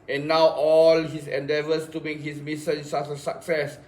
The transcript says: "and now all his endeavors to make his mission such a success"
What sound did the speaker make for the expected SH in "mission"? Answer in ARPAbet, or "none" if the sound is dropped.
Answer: S